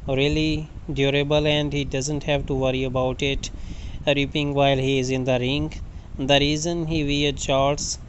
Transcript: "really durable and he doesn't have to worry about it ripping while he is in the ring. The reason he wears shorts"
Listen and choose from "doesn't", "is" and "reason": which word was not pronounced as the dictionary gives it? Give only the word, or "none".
none